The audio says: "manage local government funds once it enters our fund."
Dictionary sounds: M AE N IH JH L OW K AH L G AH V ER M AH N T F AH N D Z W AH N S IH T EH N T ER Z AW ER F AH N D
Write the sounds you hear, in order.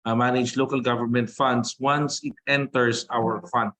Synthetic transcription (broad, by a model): M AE N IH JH L OW K AH L G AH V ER M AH N T F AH N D S W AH N S IH T EH N T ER S AW ER F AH N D